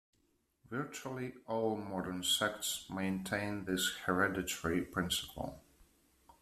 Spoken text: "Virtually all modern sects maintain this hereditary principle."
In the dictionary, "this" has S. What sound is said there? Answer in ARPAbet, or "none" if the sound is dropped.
S